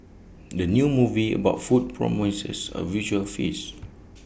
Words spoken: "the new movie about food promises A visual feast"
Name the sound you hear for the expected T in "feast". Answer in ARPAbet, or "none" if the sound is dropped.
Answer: none